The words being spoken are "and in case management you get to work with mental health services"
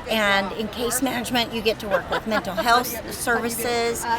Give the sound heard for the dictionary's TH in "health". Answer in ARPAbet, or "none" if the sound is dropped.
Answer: TH